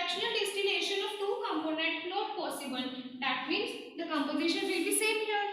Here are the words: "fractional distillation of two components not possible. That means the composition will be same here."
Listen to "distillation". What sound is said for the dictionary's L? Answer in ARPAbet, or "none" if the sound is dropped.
N